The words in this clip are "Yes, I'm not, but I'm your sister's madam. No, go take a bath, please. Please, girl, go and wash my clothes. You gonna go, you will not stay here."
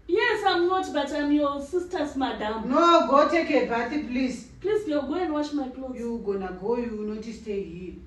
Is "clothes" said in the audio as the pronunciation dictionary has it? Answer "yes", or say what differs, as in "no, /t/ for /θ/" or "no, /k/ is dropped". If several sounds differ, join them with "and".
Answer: no, /z/ is dropped